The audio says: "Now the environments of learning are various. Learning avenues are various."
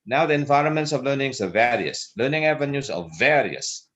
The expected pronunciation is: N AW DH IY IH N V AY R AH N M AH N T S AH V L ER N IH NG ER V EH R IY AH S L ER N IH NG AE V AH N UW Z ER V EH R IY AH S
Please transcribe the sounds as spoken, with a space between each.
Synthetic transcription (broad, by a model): N AW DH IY IH N V AY R AH N M AH N T S AH V L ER N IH NG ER V EH R IY AH S L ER N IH NG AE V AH N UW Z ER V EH R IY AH S